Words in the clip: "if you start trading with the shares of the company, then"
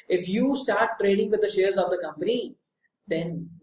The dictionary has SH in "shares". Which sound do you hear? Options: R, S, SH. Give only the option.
SH